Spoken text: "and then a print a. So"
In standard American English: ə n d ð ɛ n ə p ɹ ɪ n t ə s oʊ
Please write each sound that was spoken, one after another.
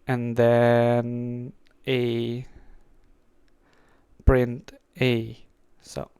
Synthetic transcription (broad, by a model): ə n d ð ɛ n ə p ɹ ɪ n t ə s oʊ